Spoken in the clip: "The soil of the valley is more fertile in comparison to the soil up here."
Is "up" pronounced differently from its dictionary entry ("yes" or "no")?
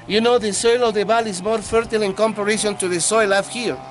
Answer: yes